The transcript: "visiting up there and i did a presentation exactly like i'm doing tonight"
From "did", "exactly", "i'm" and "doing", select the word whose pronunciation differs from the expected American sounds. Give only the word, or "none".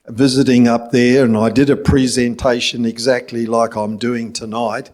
none